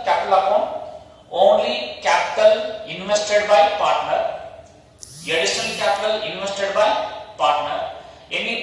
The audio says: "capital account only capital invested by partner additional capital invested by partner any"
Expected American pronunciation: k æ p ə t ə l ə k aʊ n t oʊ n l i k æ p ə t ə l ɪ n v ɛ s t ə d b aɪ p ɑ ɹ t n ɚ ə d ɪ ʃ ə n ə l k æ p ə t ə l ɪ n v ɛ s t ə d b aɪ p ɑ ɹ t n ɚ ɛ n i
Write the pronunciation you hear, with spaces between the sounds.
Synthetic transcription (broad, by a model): k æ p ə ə l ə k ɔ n oʊ n l i k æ p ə t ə l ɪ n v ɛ s t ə d b aɪ p ɑ ɹ t n ɚ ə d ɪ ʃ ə n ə l k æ p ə t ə l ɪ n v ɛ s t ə d b aɪ p ɑ ɹ t n ɚ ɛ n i